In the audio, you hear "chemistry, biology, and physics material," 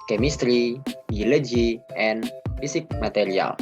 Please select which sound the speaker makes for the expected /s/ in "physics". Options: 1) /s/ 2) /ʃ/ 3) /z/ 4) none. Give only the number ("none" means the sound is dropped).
4